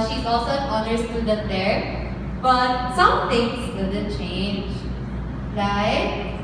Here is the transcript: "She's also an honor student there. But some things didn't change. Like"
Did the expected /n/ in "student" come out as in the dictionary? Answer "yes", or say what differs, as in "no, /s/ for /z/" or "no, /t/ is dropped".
no, /n/ is dropped